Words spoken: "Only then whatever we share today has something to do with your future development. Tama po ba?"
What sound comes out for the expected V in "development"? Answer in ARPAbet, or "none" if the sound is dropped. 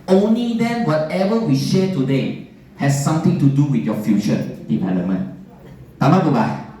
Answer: none